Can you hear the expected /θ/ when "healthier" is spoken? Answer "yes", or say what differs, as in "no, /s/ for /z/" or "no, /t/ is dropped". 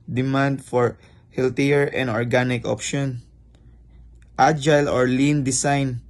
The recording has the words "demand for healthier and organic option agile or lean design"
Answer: no, /t/ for /θ/